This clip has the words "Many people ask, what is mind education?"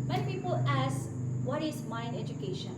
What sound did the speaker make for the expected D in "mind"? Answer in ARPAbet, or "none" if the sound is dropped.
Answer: none